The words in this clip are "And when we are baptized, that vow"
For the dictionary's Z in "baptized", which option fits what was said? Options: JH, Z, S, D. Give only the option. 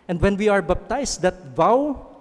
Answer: S